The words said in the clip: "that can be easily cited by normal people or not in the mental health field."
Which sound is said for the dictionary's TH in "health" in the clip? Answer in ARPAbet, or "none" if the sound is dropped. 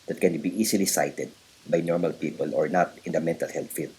T